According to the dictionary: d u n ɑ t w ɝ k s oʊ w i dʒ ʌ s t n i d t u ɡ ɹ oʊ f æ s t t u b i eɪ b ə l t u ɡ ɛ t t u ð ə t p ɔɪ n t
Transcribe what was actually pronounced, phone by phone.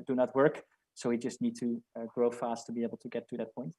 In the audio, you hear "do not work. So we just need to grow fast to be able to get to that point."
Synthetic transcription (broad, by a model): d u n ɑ t w ɝ k s oʊ w i dʒ ʌ s t n i d t u ɡ ɹ oʊ f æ s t t u b i eɪ b l t u ɡ ɛ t t u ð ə t p ɔɪ n t